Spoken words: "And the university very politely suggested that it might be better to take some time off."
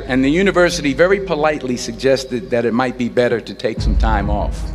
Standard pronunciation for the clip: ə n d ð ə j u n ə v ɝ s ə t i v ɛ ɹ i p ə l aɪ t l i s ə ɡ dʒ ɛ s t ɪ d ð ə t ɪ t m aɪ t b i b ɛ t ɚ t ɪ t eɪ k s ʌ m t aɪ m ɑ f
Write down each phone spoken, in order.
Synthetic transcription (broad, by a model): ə n ð ə j u n ə v ɝ s ə t i v ɛ ɹ i p ə l aɪ t l i s ə ɡ dʒ ɛ s t ɪ d ð ə t ɪ t m aɪ t b i b ɛ t ɚ t ɪ t eɪ k s ʌ m t aɪ m ɑ f